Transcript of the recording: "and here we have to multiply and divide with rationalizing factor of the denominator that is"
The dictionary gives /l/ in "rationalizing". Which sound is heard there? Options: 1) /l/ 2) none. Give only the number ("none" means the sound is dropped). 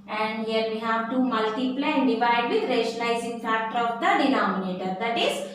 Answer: 2